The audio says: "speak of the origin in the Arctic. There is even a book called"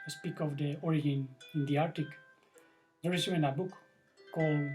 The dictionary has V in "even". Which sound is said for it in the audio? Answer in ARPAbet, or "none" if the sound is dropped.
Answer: none